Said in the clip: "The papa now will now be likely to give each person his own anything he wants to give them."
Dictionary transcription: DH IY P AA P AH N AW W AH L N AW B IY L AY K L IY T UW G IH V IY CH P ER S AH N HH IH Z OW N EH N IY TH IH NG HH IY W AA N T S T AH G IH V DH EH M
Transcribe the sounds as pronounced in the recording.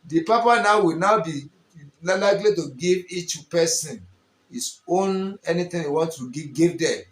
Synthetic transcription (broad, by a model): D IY P AA P AH N AW W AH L N AW B IY L AY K L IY T UW G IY V IY CH P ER S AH N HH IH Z OW N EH N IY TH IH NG HH IY W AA N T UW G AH G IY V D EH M